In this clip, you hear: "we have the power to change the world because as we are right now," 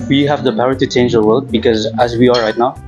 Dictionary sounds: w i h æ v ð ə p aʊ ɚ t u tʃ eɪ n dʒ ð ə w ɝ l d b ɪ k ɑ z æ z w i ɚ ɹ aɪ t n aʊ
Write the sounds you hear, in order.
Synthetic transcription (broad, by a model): w i h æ v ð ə p aʊ ɚ t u tʃ eɪ n dʒ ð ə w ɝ l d b ɪ k ɑ z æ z w i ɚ ɹ aɪ t n aʊ